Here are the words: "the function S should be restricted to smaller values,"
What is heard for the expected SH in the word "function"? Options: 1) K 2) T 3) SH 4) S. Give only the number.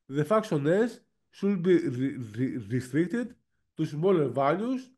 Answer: 4